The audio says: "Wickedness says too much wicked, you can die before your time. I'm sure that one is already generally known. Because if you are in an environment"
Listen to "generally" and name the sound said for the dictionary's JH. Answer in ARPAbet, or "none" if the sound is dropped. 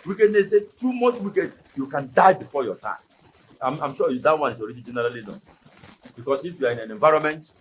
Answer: JH